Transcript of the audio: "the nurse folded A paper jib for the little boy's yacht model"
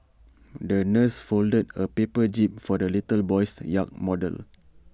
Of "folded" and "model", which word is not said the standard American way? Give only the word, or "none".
none